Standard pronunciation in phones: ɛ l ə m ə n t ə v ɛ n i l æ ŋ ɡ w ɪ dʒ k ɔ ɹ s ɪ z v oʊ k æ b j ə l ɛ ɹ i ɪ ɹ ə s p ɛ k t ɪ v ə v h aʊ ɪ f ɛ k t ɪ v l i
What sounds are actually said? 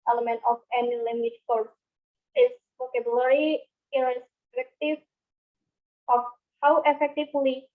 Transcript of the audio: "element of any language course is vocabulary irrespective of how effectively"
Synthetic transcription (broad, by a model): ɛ l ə m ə n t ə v ɛ n i l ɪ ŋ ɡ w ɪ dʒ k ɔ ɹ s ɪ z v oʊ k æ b j l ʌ ɹ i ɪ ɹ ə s f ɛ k t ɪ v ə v h aʊ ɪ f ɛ k t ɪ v l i